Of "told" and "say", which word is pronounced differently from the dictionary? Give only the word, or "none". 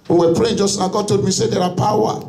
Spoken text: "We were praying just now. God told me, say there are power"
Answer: told